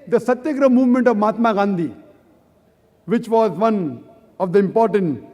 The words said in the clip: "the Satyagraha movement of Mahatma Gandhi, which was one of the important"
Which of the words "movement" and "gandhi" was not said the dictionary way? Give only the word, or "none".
none